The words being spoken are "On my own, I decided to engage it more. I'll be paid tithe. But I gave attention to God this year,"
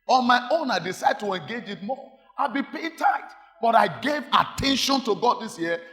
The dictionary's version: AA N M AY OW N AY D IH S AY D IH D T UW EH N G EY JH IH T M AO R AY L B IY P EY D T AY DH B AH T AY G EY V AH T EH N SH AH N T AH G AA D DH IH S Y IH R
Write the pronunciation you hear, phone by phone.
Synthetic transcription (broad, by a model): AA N M AY OW N AY D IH S AY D D T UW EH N G EY JH IH T M AO AY L B IY P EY T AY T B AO T AY G EY V AH T EH N SH AH N T AH G AA D DH IH S Y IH